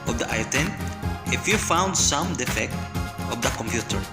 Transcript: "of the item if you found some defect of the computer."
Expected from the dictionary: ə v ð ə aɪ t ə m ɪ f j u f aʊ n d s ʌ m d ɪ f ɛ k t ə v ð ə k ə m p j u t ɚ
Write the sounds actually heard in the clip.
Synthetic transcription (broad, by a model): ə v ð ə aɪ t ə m ɪ f j u f aʊ n d s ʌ m d ɪ f ɛ k t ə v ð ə k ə m p j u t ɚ